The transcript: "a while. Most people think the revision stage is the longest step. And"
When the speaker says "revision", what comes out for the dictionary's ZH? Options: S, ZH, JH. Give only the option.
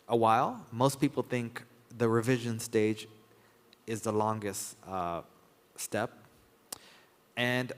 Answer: ZH